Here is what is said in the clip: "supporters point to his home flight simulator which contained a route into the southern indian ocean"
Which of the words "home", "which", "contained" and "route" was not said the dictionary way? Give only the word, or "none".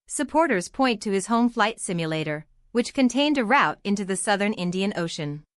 none